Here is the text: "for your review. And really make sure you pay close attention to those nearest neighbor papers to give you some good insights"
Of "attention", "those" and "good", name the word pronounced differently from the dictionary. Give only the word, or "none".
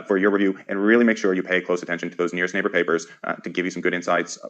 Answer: none